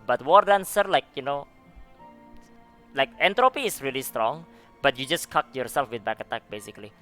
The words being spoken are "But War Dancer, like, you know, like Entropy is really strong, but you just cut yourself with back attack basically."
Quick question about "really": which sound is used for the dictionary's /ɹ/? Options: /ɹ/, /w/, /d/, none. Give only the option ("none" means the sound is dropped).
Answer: /ɹ/